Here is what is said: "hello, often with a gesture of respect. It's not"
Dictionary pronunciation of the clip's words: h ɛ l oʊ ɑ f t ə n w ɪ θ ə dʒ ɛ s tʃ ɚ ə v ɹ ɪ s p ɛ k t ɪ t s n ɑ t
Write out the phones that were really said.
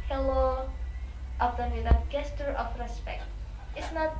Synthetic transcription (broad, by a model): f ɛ l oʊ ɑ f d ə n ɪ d ə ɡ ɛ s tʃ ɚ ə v ɹ ɪ s p ɛ k t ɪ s n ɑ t